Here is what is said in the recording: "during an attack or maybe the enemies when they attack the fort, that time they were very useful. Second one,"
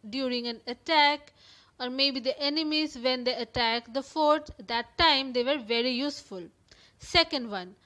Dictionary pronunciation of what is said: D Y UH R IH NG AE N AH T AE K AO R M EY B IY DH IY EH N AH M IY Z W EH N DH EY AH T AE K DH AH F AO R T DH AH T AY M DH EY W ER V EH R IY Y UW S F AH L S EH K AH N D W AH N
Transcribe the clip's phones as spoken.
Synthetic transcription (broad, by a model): D Y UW R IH NG AE N AH T AE K AO R M EY B IY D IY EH N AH M IY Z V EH N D EY AH T AE K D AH F AO R T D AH T AY M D EY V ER V EH R IY Y UW S F AH L S EH K AH N D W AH N